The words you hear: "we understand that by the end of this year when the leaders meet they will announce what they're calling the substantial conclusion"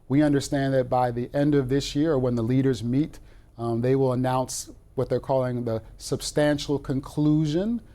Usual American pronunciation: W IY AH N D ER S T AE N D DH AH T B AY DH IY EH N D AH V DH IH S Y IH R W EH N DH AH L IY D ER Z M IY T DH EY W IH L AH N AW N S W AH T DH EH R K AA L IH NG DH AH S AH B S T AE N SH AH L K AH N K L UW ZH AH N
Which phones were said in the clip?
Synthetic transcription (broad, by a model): W IY AH N D ER S T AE N DH AH T B AY DH IY EH N D AH V DH IH S Y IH R W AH N DH AH L IY D ER Z M IY T DH EY W IH L AH N AW N S W AH T DH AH R K AA L IH NG DH AH S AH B S T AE N SH L K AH N K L UW ZH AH N